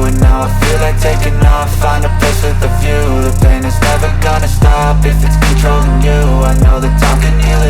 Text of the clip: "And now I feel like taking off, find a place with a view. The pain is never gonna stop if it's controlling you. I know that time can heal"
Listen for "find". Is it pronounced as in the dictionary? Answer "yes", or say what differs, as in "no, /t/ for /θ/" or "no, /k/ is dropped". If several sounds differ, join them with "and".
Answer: no, /d/ is dropped